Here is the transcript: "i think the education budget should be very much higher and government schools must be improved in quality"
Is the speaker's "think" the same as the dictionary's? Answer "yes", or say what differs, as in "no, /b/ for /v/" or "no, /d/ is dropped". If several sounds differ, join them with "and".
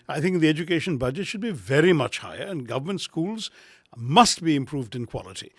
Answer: yes